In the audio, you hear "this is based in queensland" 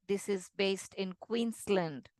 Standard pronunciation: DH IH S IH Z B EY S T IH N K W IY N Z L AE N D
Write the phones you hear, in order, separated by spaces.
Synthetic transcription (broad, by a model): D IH S IH Z B EY S T IH N K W IY N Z L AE N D